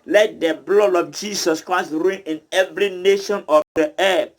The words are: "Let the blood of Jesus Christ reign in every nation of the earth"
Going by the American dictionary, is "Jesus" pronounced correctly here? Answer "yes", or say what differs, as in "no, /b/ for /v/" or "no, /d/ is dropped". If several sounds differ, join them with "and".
no, /s/ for /z/